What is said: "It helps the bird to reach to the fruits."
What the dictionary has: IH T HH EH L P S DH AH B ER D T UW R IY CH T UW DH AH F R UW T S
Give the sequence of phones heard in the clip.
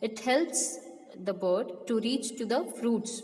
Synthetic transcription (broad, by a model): IH T HH EH L P S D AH B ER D T UW R IY CH T UW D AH F R UW T S